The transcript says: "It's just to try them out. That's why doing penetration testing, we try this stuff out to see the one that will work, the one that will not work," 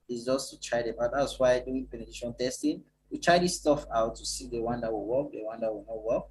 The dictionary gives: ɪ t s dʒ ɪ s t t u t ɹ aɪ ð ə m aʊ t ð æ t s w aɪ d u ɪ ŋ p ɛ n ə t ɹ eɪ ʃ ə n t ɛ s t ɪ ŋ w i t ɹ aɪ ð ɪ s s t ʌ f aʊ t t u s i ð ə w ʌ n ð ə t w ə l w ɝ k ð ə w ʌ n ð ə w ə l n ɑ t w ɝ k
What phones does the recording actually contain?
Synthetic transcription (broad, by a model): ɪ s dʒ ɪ s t t u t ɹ aɪ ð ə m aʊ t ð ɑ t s w aɪ d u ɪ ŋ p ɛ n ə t i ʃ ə n t ɛ s t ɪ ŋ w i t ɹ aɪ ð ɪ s s t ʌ f aʊ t t u s i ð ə w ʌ n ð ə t w ə l w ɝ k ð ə w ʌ n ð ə w ə l n ɑ t w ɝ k